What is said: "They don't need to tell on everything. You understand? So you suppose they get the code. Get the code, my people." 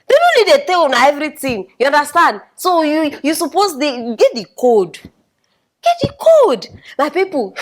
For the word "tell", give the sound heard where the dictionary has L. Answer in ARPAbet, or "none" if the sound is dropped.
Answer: N